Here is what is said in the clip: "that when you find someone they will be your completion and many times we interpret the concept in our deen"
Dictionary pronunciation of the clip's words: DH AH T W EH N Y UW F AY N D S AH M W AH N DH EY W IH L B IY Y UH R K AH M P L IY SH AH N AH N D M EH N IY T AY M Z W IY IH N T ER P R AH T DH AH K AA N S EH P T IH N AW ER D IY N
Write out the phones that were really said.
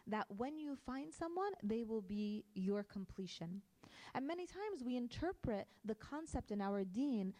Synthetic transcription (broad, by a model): DH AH T W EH N Y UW F AY N D S AH M W AH N DH EY W IH L B IY Y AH R K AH M P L IY SH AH N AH N M EH N IY T AY M Z W IY IH N T ER P R AH T DH AH K AA N S EH P T IH N AW ER D IY N